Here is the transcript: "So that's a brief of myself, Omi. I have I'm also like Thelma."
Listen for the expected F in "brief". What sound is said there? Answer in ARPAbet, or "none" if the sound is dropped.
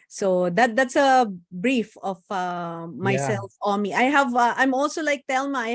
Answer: F